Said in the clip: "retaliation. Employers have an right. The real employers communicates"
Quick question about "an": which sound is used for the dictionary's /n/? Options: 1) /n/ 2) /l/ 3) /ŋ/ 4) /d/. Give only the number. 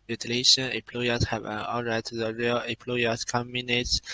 2